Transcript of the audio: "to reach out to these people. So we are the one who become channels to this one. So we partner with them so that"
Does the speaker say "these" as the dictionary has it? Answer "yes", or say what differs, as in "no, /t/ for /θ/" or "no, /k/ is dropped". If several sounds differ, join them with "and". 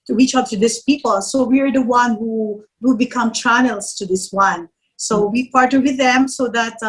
no, /s/ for /z/